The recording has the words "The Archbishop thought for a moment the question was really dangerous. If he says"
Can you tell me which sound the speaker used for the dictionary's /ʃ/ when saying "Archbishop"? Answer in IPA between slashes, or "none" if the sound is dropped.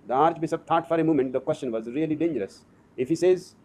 /s/